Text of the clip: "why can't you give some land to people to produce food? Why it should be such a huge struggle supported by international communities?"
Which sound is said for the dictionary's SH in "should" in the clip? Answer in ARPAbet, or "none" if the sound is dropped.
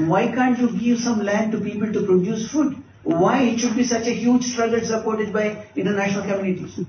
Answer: SH